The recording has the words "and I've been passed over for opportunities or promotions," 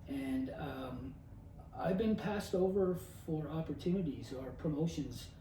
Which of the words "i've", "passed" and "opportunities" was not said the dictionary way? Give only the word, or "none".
none